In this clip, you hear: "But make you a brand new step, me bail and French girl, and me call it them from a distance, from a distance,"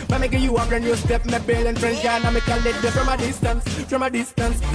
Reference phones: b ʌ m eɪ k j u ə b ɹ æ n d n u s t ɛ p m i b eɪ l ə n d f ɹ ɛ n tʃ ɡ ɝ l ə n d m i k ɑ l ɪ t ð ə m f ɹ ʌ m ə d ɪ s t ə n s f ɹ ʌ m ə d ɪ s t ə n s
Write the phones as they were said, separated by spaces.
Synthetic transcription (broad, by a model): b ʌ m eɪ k j u ə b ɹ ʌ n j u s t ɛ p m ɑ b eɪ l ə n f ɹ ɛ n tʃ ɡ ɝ n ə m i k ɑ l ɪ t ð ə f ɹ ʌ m ə d ɪ s t ə n s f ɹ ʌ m ə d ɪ s t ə n s